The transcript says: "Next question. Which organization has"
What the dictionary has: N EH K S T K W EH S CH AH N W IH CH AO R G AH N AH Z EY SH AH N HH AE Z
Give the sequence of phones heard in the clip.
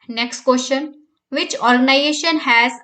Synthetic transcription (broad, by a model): N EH K S T K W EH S SH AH N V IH CH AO R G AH N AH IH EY SH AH N HH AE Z